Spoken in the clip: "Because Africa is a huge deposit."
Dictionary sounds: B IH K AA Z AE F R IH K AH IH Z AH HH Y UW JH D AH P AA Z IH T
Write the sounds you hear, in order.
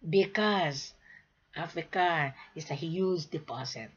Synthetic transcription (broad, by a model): B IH K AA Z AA F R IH K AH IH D AH HH Y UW Z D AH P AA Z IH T